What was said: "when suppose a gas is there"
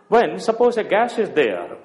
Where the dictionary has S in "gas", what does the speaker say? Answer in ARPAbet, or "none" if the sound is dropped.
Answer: SH